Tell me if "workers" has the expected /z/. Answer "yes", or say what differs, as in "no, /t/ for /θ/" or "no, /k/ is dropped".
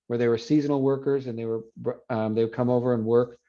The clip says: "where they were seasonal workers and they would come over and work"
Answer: yes